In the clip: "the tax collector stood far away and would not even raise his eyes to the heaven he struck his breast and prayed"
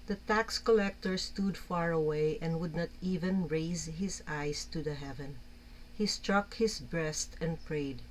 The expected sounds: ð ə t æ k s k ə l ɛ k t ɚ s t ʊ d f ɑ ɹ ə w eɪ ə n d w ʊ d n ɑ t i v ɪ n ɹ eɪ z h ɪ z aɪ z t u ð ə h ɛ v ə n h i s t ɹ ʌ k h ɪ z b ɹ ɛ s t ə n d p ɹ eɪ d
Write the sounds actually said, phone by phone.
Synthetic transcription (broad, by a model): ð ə t æ k s k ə l ɛ k t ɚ s t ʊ d f ɑ ɹ ə w eɪ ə n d w ʊ d n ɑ t i v ɪ n ɹ eɪ z h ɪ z aɪ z t u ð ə h ɛ v ə n h i s t ɹ ʌ k h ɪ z b ɹ ɛ s t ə n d p ɹ eɪ d